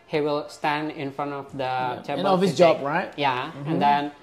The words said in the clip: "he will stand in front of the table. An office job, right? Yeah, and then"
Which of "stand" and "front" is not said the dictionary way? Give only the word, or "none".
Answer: none